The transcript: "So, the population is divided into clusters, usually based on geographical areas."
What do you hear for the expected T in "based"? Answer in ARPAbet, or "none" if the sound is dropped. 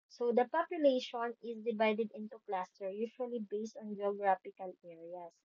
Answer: T